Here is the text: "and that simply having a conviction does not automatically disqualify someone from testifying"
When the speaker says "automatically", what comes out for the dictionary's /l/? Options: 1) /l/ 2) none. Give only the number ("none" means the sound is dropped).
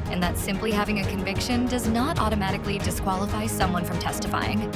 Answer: 1